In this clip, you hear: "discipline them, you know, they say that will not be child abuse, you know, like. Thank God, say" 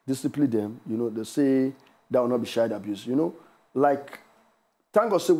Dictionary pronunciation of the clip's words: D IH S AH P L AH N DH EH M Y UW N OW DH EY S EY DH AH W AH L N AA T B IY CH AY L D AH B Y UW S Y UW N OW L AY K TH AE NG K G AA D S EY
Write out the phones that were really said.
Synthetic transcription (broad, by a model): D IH S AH P L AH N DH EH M Y UW N OW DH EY S EY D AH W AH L N AA T B IY SH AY D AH B Y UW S Y UW N OW L AY K T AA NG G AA S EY